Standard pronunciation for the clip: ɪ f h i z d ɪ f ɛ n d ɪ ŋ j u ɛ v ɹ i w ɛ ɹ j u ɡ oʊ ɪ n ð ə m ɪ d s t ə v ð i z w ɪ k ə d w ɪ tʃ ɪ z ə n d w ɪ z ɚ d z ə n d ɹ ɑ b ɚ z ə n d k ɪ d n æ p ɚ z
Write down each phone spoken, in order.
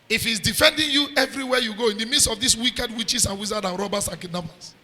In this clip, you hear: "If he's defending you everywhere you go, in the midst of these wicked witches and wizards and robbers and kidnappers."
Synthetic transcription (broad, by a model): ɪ f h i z d ɪ f ɛ n d ɪ ŋ j u ɛ v ɹ i w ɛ j u ɡ oʊ ɪ n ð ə m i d s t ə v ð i s w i k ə d w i tʃ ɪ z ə n w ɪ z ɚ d ə n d ɹ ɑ b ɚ s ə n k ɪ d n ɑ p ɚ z